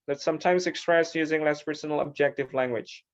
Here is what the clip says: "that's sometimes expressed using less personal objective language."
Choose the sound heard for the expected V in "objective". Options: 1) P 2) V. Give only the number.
2